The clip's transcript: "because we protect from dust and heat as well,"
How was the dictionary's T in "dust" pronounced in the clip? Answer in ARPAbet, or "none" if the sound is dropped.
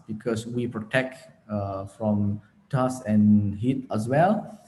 none